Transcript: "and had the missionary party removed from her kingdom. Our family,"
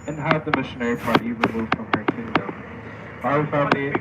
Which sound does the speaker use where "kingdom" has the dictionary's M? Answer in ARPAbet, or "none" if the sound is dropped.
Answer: none